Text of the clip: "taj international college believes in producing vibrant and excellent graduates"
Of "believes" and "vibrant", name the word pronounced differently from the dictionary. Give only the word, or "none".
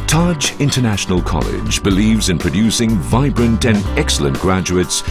none